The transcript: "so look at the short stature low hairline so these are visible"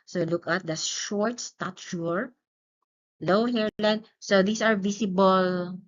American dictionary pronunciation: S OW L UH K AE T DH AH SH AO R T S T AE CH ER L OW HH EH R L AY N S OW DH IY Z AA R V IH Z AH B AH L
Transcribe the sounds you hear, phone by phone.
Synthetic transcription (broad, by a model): S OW L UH K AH T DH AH SH AO R T S T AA CH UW L OW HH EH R L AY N S OW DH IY S AA R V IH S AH B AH L